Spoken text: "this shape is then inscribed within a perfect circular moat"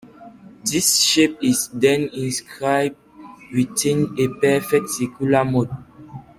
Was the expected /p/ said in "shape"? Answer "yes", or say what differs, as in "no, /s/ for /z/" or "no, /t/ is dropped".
yes